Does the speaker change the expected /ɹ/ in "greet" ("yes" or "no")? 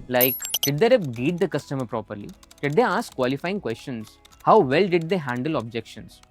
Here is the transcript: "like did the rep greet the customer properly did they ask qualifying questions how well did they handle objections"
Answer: yes